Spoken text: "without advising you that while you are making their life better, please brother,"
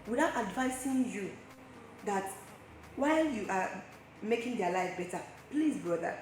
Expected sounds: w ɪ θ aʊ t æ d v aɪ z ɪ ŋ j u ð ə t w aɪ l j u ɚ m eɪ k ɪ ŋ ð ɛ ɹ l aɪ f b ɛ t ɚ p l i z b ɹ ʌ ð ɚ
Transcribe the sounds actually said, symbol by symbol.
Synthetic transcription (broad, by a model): w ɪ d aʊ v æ d v aɪ s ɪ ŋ j u ð ə t w aɪ l j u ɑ m eɪ k ɪ ŋ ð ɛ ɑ l aɪ f b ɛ t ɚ p l i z b ɹ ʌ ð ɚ